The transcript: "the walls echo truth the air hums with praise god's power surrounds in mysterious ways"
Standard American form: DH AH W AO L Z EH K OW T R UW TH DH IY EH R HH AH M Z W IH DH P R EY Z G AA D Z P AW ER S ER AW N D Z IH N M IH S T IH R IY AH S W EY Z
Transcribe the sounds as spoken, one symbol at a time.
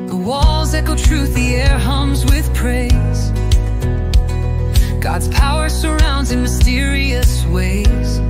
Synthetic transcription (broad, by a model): DH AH W AO L Z EH K OW T R UW TH DH IY EH R HH AH M Z W IH DH P R EY Z G AA D Z P AW ER S ER AW N D Z IH N M IH S T IH R IY AH S W EY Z